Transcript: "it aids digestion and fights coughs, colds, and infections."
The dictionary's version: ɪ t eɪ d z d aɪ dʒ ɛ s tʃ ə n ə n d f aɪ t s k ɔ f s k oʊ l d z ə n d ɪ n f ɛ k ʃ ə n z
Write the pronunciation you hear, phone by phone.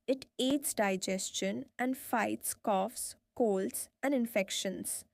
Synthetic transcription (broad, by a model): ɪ t eɪ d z d aɪ dʒ ɛ s tʃ ə n ə n d f aɪ t s k ɔ f s k oʊ l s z ə n d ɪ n f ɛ k ʃ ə n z